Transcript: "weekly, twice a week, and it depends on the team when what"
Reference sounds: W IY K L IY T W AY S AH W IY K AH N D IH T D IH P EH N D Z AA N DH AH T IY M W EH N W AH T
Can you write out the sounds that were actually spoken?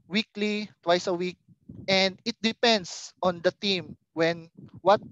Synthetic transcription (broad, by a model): W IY K L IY T W AY S AH W IY K AH N D IH T D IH P EH N D S AA N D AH T IY M W EH N W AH T